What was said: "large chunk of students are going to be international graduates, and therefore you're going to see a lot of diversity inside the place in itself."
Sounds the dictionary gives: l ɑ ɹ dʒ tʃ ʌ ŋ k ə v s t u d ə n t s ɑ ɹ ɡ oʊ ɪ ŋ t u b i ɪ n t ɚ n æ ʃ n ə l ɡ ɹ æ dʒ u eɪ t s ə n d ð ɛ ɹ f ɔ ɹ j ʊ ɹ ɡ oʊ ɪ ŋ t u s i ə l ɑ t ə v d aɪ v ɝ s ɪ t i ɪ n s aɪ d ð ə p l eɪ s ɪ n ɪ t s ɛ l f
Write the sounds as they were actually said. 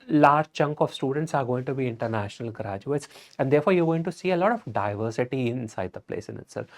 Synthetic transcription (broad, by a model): l ɑ ɹ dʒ tʃ ʌ ŋ k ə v s t u d ə n t s ɑ ɹ ɡ oʊ ɪ ŋ t u b i ɪ n t ɚ n æ ʃ n ə l ɡ ɹ æ dʒ u eɪ t s ə n d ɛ ɹ f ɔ ɹ j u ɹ ɡ oʊ ɪ ŋ t u s i ə l ɑ t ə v d aɪ v ɝ s ɪ t i ɪ n s aɪ d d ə p l eɪ s ɪ n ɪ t s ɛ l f